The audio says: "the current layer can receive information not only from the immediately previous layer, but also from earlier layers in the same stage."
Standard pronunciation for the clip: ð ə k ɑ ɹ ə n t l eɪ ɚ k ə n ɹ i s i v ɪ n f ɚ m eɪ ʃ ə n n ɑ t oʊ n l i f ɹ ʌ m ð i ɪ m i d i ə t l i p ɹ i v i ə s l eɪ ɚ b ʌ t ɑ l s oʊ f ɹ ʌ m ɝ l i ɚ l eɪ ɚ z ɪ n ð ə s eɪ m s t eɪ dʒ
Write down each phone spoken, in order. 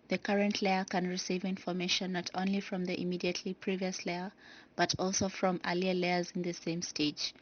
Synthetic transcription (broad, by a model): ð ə k ɑ ɹ ə n t l eɪ ɚ k ə n ɹ i s i v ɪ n f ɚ m eɪ ʃ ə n n ɑ t oʊ n l i f ɹ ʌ m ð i ɪ m i d i ə t l i p ɹ i v i ə s l eɪ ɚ b ʌ t ɑ l s oʊ f ɹ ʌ m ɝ l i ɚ l eɪ ɚ z ɪ n ð ə s eɪ m s t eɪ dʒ